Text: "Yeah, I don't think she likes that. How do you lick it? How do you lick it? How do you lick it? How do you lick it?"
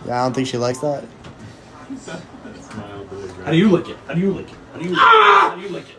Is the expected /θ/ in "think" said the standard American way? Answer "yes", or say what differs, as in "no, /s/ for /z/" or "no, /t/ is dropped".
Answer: yes